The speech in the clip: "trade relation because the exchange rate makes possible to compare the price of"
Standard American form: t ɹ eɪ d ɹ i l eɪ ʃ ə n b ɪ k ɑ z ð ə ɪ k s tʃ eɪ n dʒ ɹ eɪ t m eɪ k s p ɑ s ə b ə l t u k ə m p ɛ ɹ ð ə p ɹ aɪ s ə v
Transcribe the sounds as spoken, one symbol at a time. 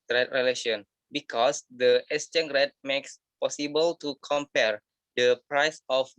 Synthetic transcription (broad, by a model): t ɹ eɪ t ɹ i l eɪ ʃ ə n b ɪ k ɑ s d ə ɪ s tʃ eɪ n ɹ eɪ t m eɪ k s p ɑ s ə b ə l t u k ə m p ɛ ɹ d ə p ɹ aɪ s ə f